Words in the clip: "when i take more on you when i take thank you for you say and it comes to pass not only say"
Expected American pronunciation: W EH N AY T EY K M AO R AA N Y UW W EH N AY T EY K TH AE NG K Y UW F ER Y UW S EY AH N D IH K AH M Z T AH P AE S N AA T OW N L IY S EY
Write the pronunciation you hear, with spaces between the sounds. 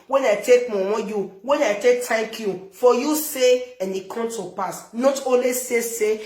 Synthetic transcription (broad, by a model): W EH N AY T EY K M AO W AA Y UW W EH N AY T EY K T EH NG K Y UW F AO Y UW S EY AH N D IH K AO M T AH P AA S N AA T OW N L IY S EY